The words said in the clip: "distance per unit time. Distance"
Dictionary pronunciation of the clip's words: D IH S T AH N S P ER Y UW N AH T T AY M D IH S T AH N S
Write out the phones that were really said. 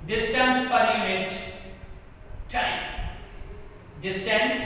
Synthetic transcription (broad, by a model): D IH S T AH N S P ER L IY AH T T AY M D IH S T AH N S